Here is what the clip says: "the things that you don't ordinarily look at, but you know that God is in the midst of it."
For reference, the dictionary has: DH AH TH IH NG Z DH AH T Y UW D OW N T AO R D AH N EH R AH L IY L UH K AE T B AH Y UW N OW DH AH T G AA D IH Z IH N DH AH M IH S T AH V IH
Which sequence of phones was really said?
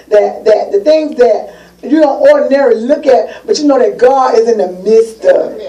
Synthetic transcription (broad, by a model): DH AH TH IH NG Z DH AH T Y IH D OW N T AO R D N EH R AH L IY L UH K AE T B AH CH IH N OW DH AH T G AA D IH Z IH N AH M IH S T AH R